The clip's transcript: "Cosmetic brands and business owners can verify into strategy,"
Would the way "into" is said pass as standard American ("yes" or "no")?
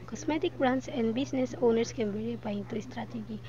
no